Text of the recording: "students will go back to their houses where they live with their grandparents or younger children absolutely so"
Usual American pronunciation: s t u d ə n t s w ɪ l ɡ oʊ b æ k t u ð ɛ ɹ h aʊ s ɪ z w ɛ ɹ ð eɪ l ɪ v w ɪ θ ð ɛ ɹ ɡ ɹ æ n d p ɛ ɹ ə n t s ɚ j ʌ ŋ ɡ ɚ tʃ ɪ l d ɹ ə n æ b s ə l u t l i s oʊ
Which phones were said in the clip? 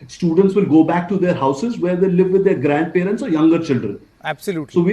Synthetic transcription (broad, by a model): s t u d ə n t s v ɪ l ɡ oʊ b æ k t u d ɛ ɹ h aʊ s ɪ z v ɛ ɹ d eɪ l ɪ v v ɪ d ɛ ɹ ɡ ɹ æ n d p ɛ ɹ ə n t s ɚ j ʌ ŋ ɡ ɚ tʃ ɪ l d ɹ ə n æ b s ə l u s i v